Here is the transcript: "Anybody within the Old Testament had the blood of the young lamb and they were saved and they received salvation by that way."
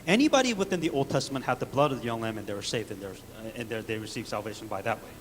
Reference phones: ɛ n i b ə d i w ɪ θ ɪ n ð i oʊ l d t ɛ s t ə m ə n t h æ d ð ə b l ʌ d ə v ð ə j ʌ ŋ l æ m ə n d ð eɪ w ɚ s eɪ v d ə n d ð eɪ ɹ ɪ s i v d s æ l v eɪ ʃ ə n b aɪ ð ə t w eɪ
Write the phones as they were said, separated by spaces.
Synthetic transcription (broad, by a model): ɛ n i b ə d i w ɪ θ ɪ n ð i oʊ l d t ɛ s t ə m ə n t h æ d ð ə b l ʌ d ə v ð ə j ʌ ŋ l æ m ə n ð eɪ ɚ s eɪ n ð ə n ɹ ð eɪ ɹ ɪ s i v s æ l v eɪ ʃ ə n b aɪ ð ə t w eɪ